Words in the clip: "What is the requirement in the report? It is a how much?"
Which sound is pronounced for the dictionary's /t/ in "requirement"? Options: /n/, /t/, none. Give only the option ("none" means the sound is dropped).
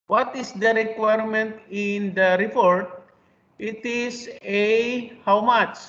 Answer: /t/